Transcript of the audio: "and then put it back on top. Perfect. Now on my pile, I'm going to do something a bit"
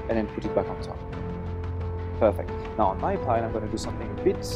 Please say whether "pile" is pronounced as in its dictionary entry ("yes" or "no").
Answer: no